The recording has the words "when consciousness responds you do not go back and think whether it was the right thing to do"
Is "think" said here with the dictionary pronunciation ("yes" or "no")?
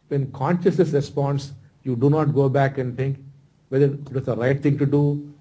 no